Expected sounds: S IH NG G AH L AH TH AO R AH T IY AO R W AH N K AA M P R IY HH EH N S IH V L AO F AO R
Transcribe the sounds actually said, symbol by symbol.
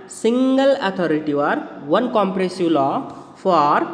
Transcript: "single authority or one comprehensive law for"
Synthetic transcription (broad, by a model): S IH NG G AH L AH T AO R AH T IY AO R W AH N K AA M P R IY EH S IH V L AO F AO R